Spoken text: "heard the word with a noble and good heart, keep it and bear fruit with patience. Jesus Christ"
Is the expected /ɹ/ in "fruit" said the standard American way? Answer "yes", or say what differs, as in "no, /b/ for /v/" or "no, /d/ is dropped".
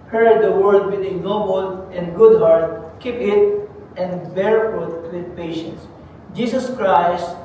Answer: no, /ɹ/ is dropped